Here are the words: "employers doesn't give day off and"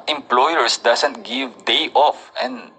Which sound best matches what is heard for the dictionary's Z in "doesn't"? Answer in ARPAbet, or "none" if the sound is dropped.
S